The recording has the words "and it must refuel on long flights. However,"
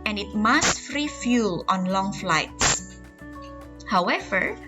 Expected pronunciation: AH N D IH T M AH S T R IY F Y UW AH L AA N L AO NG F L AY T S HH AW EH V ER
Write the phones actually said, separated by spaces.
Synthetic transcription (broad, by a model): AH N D IH T M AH S T R IY F Y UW L AA N L AO NG F L AY T S HH AW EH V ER